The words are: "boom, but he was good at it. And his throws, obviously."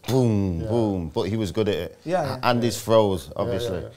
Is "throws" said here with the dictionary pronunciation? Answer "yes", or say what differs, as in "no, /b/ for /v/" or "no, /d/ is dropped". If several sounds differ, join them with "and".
no, /f/ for /θ/